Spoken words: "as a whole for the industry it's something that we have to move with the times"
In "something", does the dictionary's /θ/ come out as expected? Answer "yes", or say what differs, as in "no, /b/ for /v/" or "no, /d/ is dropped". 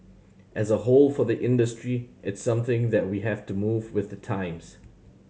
yes